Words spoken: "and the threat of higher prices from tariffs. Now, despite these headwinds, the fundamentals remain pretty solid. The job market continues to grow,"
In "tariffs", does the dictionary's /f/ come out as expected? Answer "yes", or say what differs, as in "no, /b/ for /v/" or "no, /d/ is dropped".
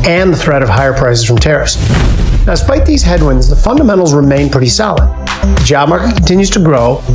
no, /f/ is dropped